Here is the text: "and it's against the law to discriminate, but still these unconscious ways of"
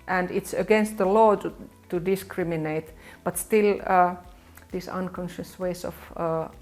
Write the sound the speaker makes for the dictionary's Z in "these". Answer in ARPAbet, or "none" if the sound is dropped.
S